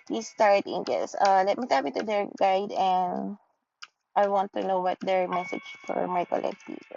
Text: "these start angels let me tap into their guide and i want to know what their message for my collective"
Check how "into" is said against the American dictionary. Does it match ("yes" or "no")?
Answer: no